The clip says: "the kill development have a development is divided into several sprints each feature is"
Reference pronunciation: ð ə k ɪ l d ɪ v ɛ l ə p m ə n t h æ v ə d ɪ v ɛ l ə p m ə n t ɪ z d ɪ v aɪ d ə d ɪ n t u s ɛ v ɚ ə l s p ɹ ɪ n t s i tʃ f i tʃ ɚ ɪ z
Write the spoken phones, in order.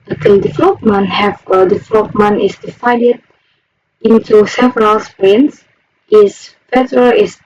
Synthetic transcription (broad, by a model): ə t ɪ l d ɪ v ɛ l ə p m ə n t h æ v ə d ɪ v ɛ l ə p m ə n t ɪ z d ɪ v aɪ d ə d ɪ n t u s ɛ v ɚ ə l s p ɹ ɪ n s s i s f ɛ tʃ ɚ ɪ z